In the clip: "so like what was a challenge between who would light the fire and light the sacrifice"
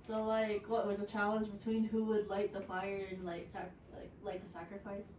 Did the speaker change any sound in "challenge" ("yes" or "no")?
no